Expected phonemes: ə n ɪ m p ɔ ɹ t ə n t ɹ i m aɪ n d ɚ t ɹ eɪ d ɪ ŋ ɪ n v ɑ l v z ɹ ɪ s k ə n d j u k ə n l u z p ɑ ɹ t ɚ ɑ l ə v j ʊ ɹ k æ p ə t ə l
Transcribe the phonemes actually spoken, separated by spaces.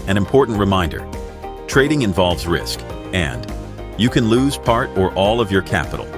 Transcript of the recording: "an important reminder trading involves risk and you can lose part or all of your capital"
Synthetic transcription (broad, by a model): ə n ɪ m p ɔ ɹ t n t ɹ i m aɪ n d ɚ t ɹ eɪ d ɪ ŋ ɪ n v ɑ l v z ɹ ɪ s k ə n j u k ə n l u z p ɑ ɹ t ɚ ɑ l ə v j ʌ ɹ k æ p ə t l